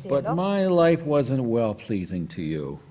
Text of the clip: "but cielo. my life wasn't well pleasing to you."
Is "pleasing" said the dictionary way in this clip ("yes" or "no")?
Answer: yes